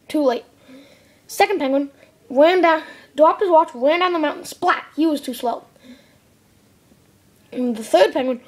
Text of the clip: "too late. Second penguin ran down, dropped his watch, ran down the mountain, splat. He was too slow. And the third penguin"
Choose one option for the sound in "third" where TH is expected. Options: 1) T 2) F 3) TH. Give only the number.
3